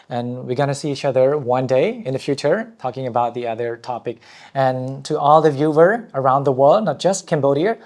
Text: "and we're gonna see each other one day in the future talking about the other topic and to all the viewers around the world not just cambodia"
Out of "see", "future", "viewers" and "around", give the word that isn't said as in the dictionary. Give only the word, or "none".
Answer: viewers